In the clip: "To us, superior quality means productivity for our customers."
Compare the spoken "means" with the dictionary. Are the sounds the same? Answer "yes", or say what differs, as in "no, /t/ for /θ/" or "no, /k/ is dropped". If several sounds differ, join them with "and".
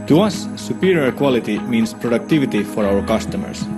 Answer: no, /s/ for /z/